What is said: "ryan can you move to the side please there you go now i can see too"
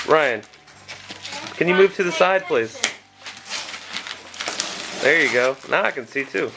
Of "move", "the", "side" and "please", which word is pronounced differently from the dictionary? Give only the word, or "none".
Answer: please